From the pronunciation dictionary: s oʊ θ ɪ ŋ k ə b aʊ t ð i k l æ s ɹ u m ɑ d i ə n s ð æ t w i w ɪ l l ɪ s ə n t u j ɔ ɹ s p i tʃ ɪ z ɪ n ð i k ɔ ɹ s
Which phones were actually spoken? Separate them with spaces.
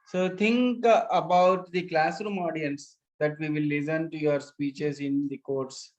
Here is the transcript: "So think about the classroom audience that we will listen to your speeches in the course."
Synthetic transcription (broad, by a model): s oʊ t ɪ ŋ k ə b aʊ t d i k l æ s ɹ u m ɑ d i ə n s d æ t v i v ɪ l l ɪ s ə n t u j ɔ ɹ s p i tʃ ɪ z ɪ n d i k ɔ ɹ s